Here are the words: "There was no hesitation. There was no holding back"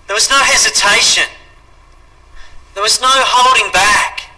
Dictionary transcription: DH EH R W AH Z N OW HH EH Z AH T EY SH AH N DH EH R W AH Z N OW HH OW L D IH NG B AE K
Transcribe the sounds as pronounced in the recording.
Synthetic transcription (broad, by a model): DH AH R W AH Z N OW HH EH Z AH T EY SH AH N DH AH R W AH Z N OW HH OW L D IH NG B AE K